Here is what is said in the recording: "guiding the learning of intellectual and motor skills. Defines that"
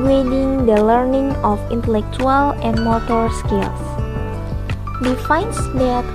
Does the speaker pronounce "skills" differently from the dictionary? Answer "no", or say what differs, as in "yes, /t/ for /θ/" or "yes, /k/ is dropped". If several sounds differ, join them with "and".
yes, /s/ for /z/